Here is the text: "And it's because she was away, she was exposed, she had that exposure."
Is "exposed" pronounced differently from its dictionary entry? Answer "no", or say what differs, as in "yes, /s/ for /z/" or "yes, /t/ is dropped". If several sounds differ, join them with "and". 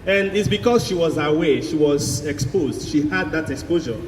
no